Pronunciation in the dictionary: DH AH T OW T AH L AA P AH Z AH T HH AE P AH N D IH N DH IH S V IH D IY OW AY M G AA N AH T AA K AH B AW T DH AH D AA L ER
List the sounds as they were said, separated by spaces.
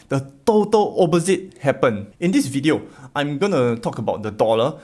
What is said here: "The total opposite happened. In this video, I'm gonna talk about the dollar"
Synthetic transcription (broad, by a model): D AH T OW T AH L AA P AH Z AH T HH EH P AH N IH N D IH S V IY D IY OW AY M G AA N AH T AA K AH B AW T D AH D AA L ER